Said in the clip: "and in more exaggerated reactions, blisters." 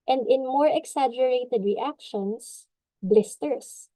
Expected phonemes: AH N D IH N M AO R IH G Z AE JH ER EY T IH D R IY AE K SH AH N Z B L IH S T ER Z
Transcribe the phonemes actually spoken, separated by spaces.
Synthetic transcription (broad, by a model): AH N D IH N M AO R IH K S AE JH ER EY T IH D R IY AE K SH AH N S B L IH S T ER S